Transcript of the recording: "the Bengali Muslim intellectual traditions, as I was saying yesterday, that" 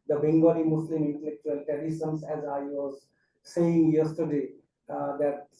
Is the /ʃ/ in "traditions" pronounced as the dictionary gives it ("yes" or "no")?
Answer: no